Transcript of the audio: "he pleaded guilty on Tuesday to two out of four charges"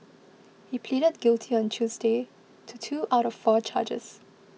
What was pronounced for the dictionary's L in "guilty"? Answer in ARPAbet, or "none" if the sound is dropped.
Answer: L